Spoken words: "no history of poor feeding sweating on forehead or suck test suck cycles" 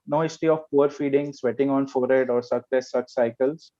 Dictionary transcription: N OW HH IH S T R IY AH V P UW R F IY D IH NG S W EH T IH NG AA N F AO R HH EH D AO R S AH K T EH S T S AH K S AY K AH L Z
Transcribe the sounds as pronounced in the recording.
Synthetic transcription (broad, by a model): N OW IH S T IY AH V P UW R F IY D IH NG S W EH T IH NG AA N F AO R HH EH D AO R S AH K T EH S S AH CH S AY K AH L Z